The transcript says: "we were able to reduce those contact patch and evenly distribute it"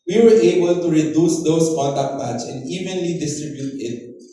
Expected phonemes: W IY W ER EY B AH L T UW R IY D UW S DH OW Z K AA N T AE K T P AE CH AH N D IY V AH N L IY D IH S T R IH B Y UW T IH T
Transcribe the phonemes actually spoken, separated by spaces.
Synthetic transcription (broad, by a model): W IY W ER EY B AH L T UW R IY D UW S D OW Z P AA T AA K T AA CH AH N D IY V AH N L IY D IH S T R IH B Y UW T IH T